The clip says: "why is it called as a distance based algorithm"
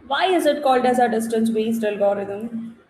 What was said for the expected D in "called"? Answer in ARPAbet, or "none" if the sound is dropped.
D